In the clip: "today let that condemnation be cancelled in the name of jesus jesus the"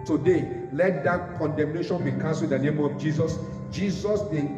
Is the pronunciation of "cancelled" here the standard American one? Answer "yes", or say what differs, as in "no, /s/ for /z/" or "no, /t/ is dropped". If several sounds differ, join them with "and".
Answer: no, /l/ is dropped